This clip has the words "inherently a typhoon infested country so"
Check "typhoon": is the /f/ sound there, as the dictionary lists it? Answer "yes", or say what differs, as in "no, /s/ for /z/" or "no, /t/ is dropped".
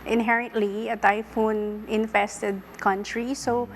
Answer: yes